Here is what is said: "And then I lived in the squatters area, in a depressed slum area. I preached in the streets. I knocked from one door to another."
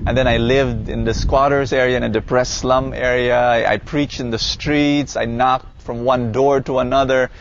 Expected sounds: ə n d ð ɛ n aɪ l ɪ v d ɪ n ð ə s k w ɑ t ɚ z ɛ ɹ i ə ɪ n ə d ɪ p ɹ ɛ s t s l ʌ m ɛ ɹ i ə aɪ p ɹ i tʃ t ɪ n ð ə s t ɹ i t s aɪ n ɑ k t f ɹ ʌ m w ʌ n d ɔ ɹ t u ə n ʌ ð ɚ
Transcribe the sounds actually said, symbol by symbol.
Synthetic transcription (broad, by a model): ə n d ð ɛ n aɪ l ɪ v d ɪ n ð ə s k w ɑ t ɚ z ɛ ɹ i ə ɪ n ə d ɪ p ɹ ɛ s s l ʌ m ɛ ɹ i ə aɪ p ɹ i tʃ t ɪ n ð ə s t ɹ i t s aɪ n ɑ k t f ɹ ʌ m w ʌ n d ɔ ɹ t u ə n ʌ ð ɚ